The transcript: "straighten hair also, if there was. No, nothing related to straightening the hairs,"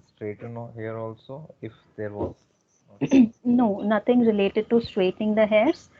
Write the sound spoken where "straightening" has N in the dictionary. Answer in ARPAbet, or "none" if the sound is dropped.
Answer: none